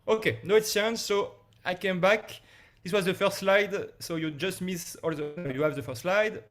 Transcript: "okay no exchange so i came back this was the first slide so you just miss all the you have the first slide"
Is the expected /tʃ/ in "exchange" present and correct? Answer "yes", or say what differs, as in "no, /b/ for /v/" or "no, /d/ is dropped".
no, /tʃ/ is dropped